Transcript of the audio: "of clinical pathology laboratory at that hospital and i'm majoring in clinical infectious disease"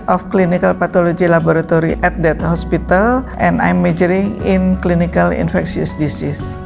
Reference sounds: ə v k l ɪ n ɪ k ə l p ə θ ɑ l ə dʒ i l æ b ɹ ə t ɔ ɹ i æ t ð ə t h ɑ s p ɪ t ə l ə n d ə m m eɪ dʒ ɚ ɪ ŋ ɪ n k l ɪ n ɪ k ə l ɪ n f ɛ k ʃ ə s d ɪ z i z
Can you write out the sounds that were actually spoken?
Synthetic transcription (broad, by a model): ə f k l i n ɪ k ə l p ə t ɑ l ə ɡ i l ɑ b ɹ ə t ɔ ɹ i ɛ t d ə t h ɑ s p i t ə l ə n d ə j m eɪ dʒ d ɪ ŋ ɪ n k l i n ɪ k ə l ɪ n f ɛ k s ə s d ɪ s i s